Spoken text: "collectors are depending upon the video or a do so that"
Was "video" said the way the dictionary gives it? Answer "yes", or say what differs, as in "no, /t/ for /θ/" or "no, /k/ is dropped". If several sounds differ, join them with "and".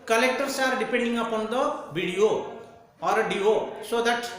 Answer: no, /b/ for /v/